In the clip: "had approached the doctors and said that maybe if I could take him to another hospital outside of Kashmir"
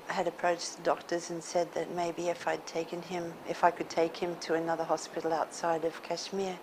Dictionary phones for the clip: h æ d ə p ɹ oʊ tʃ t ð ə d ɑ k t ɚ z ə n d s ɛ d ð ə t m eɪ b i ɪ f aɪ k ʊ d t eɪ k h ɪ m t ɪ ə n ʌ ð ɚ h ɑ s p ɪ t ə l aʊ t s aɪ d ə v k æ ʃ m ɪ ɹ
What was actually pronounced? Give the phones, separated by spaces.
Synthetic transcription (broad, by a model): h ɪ d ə p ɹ oʊ tʃ ð ə d ɑ k t ɚ z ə n s ɛ d ð ə t m eɪ b i ɪ f aɪ k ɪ d t eɪ k h ɪ m t ɪ ə n ʌ ð ɚ h ɑ s p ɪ t l aʊ t s aɪ d ə v k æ ʃ m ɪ ɹ